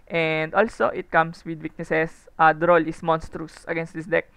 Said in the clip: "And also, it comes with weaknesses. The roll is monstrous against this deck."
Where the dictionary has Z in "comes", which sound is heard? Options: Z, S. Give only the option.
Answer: S